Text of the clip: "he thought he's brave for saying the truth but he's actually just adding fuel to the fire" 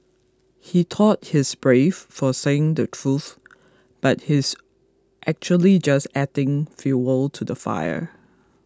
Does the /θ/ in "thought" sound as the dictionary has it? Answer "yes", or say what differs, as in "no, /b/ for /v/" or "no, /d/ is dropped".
no, /t/ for /θ/